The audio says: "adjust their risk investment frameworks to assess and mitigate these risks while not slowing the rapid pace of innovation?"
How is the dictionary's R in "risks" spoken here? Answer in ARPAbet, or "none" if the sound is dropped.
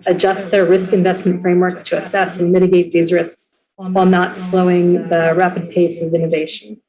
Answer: R